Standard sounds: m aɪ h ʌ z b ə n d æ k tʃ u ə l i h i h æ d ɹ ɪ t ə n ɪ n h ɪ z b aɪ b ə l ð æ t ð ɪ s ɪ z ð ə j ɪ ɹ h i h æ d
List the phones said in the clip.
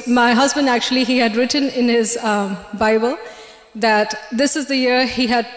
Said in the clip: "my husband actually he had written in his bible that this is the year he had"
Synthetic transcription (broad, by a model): m aɪ h ʌ z b ə n d æ k tʃ u ə l i h i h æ d ɹ ɪ t ə n ɪ n h ɪ z b aɪ b ə l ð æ t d ɪ s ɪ z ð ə j ɪ ɹ h i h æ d